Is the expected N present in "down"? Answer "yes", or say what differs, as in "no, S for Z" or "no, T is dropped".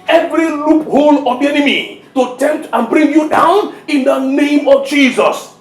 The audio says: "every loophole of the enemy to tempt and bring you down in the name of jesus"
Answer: yes